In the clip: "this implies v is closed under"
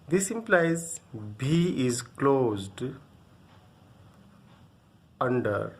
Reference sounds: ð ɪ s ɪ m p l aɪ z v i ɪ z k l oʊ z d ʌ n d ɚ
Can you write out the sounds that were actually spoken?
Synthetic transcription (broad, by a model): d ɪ s ɪ m p l aɪ z b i ɪ z k l oʊ z d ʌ n d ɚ